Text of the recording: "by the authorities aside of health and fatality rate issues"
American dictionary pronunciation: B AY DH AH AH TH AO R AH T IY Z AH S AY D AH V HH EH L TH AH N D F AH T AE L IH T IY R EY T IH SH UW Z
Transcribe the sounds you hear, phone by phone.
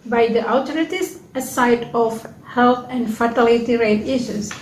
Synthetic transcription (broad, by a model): B AY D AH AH T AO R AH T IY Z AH S AY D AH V HH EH L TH AH N D F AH T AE L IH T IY R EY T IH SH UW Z